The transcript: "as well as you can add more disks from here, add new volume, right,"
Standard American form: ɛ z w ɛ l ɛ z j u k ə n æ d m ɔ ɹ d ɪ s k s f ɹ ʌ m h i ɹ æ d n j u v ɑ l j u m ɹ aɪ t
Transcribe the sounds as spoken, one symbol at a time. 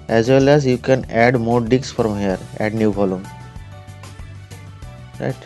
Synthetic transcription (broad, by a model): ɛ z w ɛ l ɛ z j u k ə n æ d m ɔ ɹ d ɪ k s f ɹ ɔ m h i ɹ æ d n j u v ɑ l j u m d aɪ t